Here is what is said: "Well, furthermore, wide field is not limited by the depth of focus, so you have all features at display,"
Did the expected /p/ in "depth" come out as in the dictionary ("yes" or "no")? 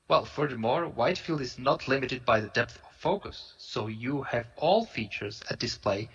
yes